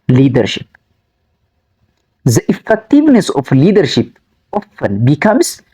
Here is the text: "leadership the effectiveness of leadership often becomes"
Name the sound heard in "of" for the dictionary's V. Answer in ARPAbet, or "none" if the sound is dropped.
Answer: F